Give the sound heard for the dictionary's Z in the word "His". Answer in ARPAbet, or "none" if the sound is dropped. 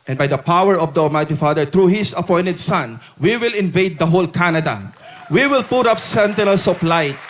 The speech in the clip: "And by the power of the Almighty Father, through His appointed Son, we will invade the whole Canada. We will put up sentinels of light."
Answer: S